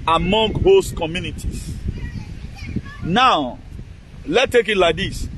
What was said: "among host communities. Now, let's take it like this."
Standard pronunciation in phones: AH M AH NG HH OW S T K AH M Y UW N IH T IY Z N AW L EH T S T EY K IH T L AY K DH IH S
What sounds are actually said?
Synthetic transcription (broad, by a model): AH M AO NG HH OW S K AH M Y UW N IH T IY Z N AW L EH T T EY K IH T L AY K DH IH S